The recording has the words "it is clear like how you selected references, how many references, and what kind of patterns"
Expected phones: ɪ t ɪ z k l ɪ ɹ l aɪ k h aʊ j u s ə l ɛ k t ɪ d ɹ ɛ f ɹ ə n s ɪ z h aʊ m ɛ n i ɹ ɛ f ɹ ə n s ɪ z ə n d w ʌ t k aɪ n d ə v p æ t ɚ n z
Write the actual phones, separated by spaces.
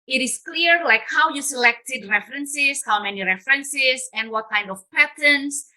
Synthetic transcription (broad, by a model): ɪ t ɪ s k l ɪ ɹ l aɪ k h aʊ j u s ə l ɛ k t ɪ d ɹ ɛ f ɹ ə n s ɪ s h aʊ m ɛ n i ɹ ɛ f ɹ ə n s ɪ s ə n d w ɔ t k aɪ n d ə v p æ t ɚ n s